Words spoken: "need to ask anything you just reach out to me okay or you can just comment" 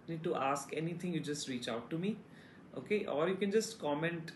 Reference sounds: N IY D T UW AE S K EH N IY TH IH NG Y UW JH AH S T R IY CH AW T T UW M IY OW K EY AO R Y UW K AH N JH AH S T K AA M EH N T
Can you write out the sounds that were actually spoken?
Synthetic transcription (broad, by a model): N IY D T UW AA S K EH N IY T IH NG Y UW JH AH S T R IY CH AW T T UW M IY OW K EY AO R Y UW K AH N JH AH S T K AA M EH N T